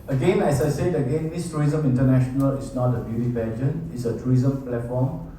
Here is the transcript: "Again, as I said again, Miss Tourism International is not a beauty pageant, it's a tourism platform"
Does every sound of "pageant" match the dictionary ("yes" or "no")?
no